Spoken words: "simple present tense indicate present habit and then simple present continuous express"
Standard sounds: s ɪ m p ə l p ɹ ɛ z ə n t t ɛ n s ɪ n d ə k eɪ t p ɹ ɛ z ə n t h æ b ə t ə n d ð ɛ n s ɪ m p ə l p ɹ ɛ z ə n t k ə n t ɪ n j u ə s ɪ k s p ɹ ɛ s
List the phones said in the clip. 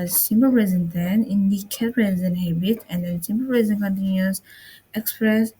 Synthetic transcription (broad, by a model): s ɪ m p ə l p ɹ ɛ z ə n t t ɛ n ɪ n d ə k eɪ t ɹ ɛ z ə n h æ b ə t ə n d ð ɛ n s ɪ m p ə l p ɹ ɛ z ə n k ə n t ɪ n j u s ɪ k s p ɹ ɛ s